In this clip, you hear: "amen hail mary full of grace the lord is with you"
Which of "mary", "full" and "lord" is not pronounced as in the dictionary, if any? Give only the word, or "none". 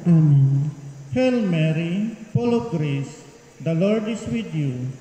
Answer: full